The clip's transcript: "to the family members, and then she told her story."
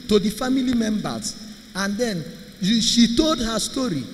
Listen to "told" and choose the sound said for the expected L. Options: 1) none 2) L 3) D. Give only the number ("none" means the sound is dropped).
2